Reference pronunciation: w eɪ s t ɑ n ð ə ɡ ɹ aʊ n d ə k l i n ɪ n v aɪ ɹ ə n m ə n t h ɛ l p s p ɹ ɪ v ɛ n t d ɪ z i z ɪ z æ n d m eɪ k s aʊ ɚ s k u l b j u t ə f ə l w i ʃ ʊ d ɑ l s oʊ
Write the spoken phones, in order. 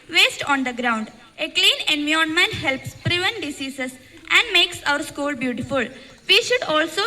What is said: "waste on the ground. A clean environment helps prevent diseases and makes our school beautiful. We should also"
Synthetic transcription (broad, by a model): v eɪ s t ɑ n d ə ɡ ɹ aʊ n d ə k l i n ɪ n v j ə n m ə n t h ɛ l p s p ɹ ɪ v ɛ n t d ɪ s i s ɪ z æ n d m eɪ k s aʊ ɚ s k u l b j u t ə f ə l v i ʃ ʊ d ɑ l s oʊ